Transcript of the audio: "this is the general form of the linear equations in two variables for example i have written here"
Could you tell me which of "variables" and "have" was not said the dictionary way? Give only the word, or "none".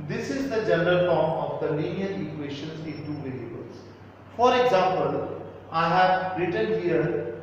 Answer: variables